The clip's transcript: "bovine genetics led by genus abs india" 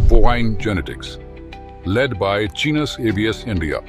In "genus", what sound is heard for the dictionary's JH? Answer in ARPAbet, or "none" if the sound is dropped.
CH